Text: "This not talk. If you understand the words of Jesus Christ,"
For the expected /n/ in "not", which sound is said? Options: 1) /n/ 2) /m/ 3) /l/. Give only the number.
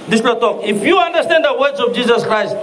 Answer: 3